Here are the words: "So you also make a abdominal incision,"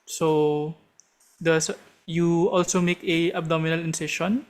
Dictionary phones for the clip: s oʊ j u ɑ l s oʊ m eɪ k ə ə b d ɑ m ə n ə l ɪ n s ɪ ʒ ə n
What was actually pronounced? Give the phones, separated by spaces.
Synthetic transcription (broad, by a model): s oʊ j u ɑ l s oʊ m eɪ k ə ə b d ɑ m ə n ə l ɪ n s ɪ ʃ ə n